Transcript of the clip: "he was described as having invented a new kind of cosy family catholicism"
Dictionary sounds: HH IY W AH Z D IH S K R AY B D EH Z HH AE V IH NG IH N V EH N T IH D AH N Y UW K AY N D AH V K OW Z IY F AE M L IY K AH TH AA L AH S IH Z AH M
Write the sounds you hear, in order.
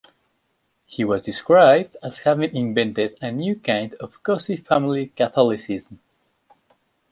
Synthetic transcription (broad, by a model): HH IY W AH Z D IH S K R AY B D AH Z HH AE V IH NG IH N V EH N T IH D AH N Y UW K AY N D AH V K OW S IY F AE M L IY K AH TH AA L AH S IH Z M